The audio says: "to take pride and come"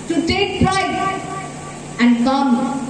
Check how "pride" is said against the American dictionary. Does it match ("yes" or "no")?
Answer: no